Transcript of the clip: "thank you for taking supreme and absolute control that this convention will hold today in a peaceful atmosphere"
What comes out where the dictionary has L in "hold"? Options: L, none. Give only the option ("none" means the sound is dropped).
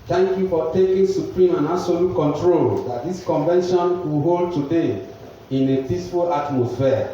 L